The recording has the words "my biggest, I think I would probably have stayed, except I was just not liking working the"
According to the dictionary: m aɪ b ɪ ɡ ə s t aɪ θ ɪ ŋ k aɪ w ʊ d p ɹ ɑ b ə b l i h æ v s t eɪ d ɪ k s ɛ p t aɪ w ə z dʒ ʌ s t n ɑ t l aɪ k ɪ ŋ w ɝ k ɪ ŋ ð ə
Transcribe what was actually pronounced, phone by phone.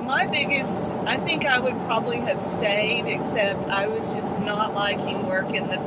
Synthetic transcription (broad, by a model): m aɪ b ɪ ɡ ə s t aɪ θ ɪ ŋ k aɪ w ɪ d p ɹ ɑ b ə b l i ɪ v s t eɪ d ɪ k s ɛ p t aɪ w ə z dʒ ʌ s n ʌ t l aɪ k ɪ ŋ w ɝ k ɪ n ð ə